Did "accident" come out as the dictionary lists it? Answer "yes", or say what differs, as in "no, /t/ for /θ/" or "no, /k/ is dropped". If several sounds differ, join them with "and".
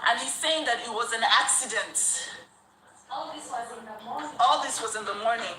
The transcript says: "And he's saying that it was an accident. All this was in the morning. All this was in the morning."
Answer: yes